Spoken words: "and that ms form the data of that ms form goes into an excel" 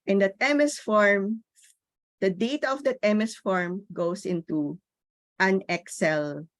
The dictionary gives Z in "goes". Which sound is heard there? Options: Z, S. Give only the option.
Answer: S